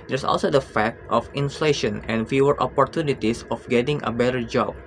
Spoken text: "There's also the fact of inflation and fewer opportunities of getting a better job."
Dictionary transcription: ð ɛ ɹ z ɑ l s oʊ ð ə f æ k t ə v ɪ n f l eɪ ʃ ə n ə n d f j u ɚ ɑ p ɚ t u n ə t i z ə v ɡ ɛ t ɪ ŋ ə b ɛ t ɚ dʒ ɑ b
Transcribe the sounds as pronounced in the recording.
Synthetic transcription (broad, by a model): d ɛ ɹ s ɑ l s oʊ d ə f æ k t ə f ɪ n f l eɪ ʃ ə n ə n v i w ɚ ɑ p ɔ t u n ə t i s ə f ɡ ɛ t ɪ ŋ ə b ɛ t ɚ dʒ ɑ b